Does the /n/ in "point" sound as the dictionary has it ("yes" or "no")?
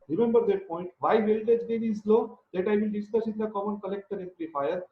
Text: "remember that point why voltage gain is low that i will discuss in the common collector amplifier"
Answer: yes